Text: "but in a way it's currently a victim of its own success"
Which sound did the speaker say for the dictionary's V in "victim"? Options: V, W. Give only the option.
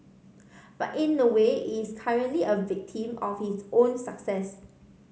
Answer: V